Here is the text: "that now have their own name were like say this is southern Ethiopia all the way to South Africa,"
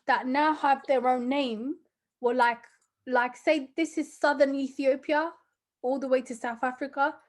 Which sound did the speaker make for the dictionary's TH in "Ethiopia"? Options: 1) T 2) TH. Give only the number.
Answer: 2